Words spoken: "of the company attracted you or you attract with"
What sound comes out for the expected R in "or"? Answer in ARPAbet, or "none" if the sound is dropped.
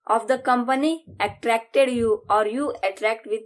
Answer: R